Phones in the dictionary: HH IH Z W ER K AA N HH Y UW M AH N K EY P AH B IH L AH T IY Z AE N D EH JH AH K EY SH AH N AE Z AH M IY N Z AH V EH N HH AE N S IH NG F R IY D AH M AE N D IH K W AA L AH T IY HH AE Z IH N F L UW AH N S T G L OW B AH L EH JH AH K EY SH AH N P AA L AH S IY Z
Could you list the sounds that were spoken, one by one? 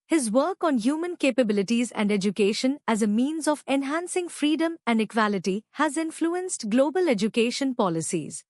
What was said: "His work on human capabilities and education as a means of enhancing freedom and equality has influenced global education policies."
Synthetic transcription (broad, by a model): HH IH Z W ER K AA N HH Y UW M AH N K EY P AH B IH L AH T IY Z AE N D EH JH AH K EY SH AH N AE Z AH M IY N Z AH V EH N HH AE N S IH NG F R IY D AH M AE N D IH K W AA L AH T IY HH AE Z IH N F L UW AH N S T G L OW B AH L EH JH AH K EY SH AH N P AA L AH S IY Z